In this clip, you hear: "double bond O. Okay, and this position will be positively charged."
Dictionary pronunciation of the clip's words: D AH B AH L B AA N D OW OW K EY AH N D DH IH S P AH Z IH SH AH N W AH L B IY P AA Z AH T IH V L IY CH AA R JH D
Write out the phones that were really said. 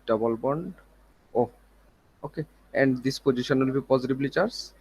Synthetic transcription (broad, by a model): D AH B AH L B AA N D OW OW K EY AH N D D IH S P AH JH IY SH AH N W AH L B IY P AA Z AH T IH B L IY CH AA R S